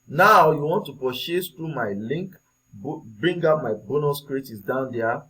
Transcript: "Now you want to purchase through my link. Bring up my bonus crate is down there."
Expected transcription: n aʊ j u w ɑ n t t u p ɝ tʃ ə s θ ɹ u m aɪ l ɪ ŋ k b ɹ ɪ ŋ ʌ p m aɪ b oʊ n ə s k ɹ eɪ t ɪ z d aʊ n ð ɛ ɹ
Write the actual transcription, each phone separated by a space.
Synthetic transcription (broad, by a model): n aʊ j u w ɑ n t t u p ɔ ʃ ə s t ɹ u m aɪ l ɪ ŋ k b ɹ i ŋ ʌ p m aɪ b oʊ n ə s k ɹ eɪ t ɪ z d aʊ n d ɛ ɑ